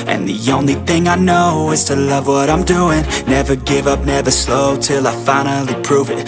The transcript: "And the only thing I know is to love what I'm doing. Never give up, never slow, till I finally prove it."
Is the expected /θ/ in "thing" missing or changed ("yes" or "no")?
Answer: no